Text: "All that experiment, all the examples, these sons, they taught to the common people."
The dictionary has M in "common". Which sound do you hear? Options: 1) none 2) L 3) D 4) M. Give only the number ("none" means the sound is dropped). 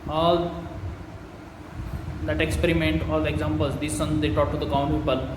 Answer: 1